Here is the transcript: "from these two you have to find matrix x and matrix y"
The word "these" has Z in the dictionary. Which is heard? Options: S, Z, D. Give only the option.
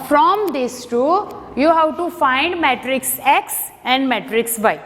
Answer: S